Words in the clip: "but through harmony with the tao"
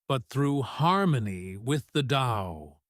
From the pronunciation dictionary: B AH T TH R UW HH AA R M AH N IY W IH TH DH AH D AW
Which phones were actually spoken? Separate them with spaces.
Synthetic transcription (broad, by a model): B AH T TH R UW HH AA R M AH N IY W IH DH AH D AW